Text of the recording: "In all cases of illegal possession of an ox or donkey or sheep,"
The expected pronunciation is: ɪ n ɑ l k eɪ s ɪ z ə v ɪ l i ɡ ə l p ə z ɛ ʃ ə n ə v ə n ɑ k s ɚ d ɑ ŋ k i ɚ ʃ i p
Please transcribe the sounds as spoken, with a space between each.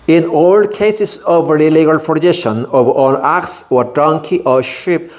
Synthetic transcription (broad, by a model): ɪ n ɑ l k eɪ s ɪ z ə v ɪ l i ɡ ə l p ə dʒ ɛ ʃ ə n ə v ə l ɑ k s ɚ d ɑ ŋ k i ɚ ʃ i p